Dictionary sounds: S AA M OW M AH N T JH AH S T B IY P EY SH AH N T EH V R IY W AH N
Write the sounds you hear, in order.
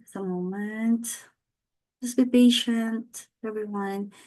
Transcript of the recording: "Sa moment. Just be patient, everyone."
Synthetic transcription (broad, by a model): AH M OW M AH N T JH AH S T B IY B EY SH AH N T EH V R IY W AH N